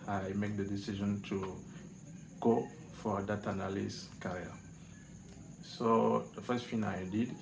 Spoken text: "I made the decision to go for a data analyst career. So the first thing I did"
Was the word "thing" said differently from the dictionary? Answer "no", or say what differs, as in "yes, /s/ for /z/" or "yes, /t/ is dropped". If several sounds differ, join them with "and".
yes, /f/ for /θ/